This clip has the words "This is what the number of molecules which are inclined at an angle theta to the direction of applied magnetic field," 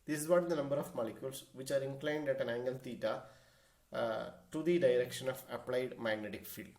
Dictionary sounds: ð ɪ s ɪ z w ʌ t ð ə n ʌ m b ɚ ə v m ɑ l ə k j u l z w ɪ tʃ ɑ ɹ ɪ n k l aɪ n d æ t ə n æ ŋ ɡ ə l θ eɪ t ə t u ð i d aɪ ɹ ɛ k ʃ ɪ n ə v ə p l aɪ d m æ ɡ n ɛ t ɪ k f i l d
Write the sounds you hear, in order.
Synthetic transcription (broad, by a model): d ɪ s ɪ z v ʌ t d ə n ʌ m b ɚ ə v m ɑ l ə k j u l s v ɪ tʃ ɑ ɹ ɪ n k l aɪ n d æ t ə n æ ŋ ɡ ə l t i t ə t u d i d aɪ ɹ ɛ k ʃ ɪ n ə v ə p l aɪ d m æ ɡ n ɛ t ɪ k f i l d